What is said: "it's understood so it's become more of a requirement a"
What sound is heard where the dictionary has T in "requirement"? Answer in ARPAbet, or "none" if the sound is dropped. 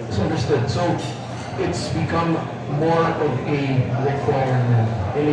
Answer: none